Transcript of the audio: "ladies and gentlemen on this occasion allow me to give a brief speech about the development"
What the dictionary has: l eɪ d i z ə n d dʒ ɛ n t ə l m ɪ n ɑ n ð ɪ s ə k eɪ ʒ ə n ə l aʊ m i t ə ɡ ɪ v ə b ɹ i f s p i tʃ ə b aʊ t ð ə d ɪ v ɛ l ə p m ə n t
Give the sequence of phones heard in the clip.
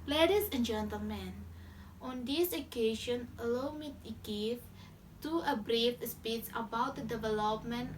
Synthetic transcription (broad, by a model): l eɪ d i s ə n dʒ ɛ n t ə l m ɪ n ɑ n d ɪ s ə k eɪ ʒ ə n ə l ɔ m i t ə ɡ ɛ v ə b ɹ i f s p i s ə b aʊ t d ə d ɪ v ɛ l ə p m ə n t